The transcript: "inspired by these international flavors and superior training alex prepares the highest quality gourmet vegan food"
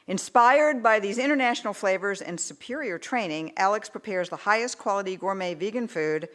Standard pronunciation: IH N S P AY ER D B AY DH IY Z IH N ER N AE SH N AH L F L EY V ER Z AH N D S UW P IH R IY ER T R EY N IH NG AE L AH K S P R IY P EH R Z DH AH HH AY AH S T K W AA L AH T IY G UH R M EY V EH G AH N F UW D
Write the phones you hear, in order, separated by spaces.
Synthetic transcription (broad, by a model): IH N S P AY ER D B AY DH IY Z IH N ER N AE SH N L F L EY V ER Z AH N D S UW P IH R IY ER T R EY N IH NG AE L AH K S P R IY P EH R Z DH AH HH AY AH S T K W AA L AH T IY G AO R M EY V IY G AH N F UW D